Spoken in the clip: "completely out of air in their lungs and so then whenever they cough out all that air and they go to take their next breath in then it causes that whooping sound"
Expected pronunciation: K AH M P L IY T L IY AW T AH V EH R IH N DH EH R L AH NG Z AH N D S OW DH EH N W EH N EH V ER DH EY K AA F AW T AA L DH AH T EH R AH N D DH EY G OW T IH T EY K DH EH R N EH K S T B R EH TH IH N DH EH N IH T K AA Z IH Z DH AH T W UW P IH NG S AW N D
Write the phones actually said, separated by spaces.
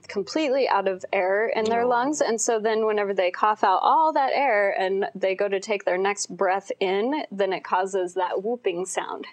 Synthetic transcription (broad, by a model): K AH M P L IY T L IY AW T AH V EH R IH N DH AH R L AH NG Z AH N S OW DH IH N W EH N EH V ER DH EY K AA F AW T AA L DH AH T EH R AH N DH EY G OW T IH T EY K DH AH R N EH K S T B R EH TH IH N DH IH N IH T K AA Z IH Z DH AH T W UW P IH NG S AW N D